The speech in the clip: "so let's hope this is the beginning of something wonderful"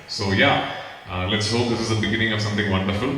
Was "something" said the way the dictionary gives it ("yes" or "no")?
no